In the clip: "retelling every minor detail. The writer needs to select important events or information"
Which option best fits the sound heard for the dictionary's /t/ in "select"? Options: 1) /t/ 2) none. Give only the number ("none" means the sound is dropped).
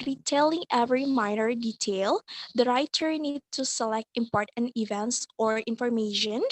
1